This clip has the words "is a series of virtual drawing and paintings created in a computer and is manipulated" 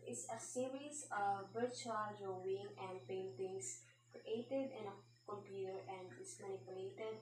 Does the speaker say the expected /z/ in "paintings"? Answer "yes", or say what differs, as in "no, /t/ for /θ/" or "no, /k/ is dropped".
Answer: no, /s/ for /z/